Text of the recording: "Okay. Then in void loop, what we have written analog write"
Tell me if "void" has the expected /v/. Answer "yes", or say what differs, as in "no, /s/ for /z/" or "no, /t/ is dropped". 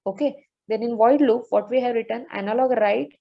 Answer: yes